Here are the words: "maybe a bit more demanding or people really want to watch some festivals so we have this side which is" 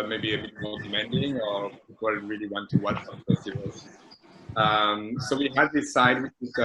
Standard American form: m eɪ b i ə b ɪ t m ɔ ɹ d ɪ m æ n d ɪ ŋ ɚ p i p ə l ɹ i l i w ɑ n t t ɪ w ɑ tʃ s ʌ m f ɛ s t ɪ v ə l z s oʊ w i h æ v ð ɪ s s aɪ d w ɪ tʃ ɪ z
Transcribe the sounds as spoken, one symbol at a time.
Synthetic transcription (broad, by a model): m eɪ b i ə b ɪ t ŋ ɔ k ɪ m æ n d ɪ ŋ ɚ p i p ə n ɹ i l i w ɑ n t t ɪ w ɑ tʃ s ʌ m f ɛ s t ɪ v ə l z s oʊ w i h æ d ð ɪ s s aɪ d w ɪ tʃ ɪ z